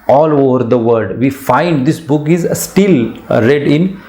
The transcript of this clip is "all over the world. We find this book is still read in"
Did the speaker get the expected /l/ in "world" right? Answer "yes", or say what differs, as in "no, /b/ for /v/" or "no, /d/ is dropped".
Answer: no, /l/ is dropped